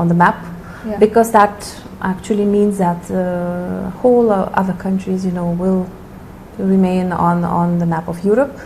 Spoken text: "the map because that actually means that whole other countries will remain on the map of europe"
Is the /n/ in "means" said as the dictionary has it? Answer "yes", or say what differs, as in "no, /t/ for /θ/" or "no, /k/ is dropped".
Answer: yes